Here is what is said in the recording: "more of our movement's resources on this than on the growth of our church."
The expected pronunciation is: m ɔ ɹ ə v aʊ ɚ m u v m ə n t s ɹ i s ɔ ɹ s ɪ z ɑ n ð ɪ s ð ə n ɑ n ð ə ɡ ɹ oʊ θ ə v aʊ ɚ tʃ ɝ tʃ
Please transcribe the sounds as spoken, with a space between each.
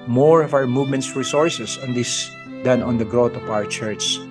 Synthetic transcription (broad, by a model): m ɔ ɹ ə v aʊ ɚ m u v m ə n t s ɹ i s ɔ ɹ s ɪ s ɑ n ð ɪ s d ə n ɑ n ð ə ɡ ɹ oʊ t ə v aʊ ɚ tʃ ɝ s